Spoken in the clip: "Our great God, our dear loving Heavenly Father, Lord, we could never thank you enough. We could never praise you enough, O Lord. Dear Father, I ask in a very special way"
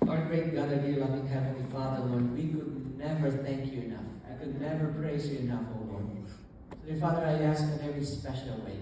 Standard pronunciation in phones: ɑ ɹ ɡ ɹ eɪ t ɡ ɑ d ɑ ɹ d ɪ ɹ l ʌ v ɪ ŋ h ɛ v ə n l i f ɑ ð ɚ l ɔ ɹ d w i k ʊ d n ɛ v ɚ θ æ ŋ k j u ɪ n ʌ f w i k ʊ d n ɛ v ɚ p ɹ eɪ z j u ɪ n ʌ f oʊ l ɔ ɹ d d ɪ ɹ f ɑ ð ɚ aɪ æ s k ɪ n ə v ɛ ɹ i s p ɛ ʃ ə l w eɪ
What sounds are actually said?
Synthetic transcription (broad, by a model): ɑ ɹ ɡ ɹ eɪ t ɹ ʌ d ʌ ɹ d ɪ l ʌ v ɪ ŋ h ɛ v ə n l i f ɑ ð ɚ w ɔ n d w i k ʊ d n ɛ v ɚ θ æ ŋ k j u ɪ n ʌ f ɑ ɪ k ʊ d n ɛ v ɚ p ɹ eɪ z j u ɪ n ʌ f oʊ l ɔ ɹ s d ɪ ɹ f ɑ ð ɚ aɪ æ s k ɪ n ə v ɹ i s p ɛ ʃ l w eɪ